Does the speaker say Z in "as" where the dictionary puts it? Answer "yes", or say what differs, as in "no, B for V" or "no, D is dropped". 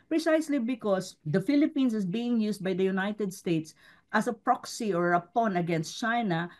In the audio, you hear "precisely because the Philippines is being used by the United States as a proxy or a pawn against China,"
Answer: no, S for Z